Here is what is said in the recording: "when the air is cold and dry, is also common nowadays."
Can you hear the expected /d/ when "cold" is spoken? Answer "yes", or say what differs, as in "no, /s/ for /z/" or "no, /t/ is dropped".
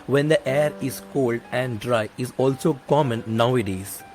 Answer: yes